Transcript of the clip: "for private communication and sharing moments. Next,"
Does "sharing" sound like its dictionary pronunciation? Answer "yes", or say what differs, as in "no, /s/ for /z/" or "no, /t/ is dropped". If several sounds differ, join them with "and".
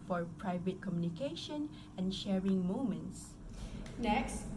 yes